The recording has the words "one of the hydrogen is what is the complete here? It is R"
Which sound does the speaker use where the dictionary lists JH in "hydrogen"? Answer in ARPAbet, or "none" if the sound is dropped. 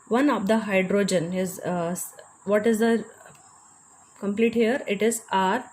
JH